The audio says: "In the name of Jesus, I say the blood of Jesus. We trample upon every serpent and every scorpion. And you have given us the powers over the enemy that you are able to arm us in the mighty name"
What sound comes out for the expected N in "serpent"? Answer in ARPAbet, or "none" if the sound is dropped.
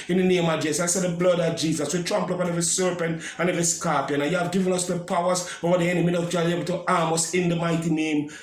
N